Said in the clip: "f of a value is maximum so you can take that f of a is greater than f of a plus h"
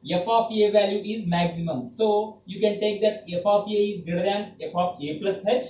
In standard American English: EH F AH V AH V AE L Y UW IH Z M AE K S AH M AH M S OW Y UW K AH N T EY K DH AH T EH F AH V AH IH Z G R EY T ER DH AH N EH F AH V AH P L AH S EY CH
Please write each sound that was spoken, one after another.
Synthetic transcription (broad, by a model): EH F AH F AH V AE L Y UW IH Z M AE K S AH M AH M S OW Y UW K AH N T EY K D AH T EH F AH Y AH IH Z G EY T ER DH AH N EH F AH F AH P L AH S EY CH